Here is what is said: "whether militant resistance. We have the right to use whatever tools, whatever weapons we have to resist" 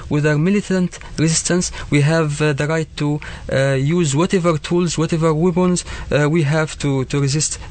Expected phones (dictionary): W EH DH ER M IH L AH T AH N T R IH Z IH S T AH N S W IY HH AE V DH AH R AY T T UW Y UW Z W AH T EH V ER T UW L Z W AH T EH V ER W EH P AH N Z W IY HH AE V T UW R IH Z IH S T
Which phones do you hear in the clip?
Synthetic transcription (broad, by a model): W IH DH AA M IH L AH T AH N T R IH Z IH S T AH N S W IY HH AE V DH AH R AY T T UW Y UW Z W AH T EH V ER T UW L Z W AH T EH V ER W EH B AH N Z W IY HH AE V T UW R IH Z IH S T